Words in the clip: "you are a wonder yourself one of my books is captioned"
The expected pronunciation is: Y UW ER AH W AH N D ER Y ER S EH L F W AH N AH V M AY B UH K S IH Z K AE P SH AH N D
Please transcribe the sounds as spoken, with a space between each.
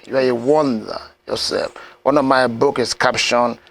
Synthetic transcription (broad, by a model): Y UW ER AH W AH N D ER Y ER S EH L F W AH N AH V M AY B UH K IH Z K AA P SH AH N